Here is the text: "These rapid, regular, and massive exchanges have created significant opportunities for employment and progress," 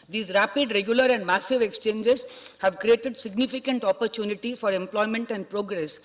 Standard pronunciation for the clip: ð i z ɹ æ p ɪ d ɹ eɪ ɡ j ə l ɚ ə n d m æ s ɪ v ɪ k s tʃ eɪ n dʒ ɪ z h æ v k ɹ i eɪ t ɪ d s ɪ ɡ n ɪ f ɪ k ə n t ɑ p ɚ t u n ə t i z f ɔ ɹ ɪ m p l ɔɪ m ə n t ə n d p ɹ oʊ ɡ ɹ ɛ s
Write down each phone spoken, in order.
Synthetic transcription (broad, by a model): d i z ɹ æ p ɪ d ɹ eɪ ɡ j ə l ɚ ə n d m æ s ɪ v ɪ k s tʃ eɪ n dʒ ɪ z h æ v k ɹ i eɪ t ɪ d s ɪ ɡ n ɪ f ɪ k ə n t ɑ p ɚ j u n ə t i f ɔ ɹ ɪ m p l ɔɪ m ə n t ə n d p ɹ oʊ ɡ ɹ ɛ s